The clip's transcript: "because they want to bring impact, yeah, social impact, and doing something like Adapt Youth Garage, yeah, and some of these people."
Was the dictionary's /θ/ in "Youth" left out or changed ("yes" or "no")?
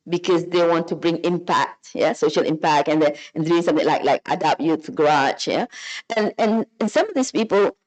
yes